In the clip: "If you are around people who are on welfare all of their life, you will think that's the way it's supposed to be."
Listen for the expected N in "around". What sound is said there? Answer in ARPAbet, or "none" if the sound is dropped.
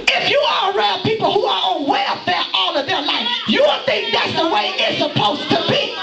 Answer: L